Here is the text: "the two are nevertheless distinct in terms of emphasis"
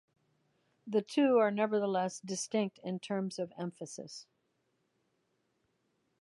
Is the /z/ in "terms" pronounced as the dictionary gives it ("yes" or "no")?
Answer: yes